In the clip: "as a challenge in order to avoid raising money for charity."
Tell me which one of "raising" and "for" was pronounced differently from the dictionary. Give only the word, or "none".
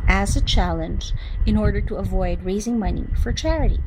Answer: none